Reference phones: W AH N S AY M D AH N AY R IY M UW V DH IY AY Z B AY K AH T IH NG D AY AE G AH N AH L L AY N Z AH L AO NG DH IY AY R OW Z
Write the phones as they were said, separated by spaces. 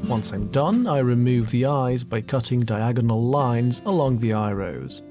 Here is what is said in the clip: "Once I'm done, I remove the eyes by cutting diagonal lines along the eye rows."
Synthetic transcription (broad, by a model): W AH N S AY M D AH N AY R IY M UW V DH IY AY Z B AY K AH T IH NG D AY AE G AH N AH L L AY N Z AH L AO NG DH IY AY R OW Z